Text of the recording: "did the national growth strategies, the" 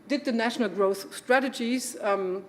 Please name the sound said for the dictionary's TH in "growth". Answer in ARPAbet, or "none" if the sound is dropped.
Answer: TH